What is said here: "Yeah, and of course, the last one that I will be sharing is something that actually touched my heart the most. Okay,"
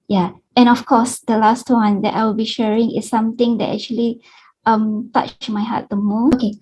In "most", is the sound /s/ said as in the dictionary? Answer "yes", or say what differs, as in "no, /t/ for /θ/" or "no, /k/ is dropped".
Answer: no, /s/ is dropped